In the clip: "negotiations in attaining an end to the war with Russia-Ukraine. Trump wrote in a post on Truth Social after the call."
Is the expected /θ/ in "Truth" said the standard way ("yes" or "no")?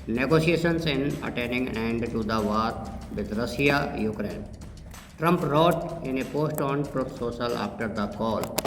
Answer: no